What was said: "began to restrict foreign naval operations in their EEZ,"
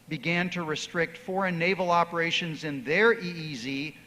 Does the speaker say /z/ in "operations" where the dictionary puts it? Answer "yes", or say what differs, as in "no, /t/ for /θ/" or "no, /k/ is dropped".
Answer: yes